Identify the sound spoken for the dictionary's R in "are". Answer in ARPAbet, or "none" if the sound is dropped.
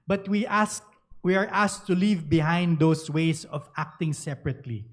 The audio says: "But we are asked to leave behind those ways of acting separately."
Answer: W